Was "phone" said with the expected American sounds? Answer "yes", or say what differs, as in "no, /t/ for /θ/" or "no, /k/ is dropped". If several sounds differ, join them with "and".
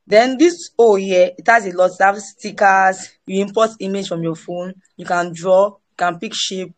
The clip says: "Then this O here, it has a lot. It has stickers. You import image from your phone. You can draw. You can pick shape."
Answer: yes